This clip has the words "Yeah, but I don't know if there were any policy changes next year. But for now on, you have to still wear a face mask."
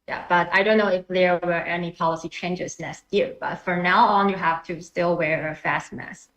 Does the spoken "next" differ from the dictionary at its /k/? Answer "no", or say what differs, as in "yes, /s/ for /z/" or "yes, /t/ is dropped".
yes, /k/ is dropped